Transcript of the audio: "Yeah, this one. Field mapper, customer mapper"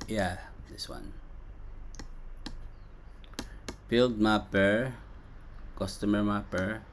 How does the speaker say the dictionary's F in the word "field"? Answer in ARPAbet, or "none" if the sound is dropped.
P